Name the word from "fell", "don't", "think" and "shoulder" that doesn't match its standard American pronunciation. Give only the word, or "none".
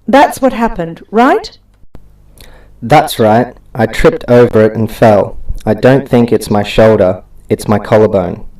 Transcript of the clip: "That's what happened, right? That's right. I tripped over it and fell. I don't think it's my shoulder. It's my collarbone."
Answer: none